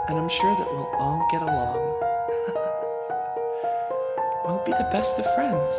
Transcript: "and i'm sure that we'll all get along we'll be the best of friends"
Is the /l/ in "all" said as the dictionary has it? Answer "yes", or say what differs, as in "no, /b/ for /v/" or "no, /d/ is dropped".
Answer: no, /n/ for /l/